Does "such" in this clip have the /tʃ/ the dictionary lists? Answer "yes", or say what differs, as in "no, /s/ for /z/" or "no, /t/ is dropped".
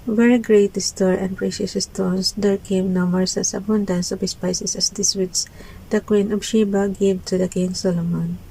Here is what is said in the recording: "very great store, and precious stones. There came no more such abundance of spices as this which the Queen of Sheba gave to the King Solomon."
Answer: no, /s/ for /tʃ/